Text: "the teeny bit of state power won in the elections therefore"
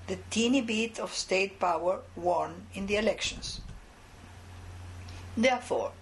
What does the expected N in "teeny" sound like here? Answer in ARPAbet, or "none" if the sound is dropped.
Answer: N